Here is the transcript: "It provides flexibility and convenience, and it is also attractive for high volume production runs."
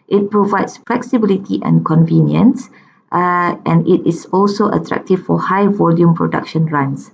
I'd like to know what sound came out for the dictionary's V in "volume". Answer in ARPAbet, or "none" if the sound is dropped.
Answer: V